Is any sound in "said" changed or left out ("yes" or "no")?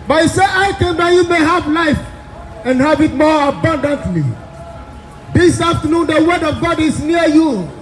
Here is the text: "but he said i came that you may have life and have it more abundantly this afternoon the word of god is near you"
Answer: yes